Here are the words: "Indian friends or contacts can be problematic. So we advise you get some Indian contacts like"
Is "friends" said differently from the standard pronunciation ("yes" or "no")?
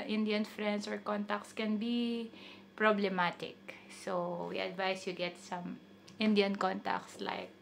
yes